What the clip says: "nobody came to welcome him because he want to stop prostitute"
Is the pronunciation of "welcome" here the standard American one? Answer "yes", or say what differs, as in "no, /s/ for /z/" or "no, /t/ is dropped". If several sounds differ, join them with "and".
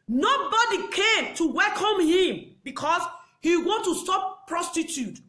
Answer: yes